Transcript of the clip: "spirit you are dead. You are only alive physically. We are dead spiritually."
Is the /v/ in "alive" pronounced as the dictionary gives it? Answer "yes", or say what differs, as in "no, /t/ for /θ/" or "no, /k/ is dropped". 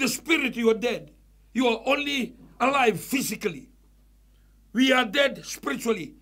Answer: yes